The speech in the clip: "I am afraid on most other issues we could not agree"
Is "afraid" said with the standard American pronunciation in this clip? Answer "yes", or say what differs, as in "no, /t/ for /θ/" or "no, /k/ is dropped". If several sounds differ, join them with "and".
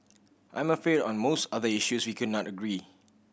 no, /ɹ/ is dropped